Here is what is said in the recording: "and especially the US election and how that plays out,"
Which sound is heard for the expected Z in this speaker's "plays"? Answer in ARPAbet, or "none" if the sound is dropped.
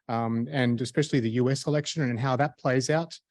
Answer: Z